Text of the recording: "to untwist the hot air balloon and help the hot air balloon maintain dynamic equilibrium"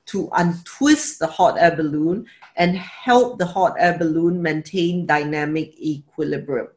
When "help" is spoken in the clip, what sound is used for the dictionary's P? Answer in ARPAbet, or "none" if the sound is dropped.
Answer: P